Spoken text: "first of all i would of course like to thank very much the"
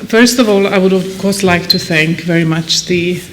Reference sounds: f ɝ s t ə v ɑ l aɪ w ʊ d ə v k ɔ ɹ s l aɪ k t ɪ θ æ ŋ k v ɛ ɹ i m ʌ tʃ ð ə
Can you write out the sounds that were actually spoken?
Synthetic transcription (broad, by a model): f ɝ s t ə v ɑ l aɪ w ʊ d ə v k ɔ ɹ s l aɪ k t ɪ θ æ ŋ k v ɛ ɹ i m ʌ tʃ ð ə